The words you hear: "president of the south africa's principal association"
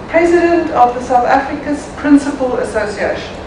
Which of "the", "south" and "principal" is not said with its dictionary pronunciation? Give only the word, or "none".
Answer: none